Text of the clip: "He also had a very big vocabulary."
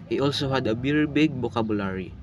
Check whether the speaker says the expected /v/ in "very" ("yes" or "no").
no